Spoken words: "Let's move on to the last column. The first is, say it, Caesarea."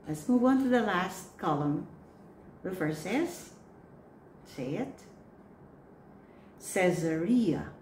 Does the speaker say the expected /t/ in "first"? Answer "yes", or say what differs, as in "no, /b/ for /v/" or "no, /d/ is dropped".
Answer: no, /t/ is dropped